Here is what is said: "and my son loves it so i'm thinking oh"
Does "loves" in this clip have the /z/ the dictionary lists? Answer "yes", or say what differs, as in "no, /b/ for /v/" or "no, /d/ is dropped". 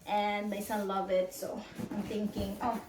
no, /z/ is dropped